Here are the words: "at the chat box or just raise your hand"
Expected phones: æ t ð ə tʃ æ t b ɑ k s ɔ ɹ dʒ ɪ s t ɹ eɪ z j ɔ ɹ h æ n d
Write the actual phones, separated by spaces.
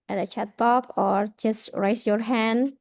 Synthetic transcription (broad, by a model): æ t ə tʃ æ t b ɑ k ɔ ɹ dʒ ɪ s t ɹ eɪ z j ɔ ɹ h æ n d